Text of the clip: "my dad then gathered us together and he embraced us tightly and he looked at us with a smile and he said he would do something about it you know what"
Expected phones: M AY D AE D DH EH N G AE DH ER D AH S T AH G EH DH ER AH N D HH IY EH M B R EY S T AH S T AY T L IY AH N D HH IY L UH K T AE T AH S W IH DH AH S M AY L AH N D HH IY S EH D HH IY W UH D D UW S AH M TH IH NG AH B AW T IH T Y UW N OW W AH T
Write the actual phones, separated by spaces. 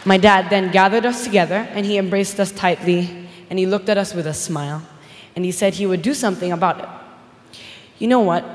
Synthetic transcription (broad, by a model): M AY D AE D DH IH N G AE DH ER D AH S T AH G EH DH ER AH N IY EH M B R EY S T AH S T AY T L IY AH N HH IY L UH K T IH T AH S W IH DH AH S M AY L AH N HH IY S EH D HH IY W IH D D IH S AH M TH IH NG AH B AW T IH T Y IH N OW W AH T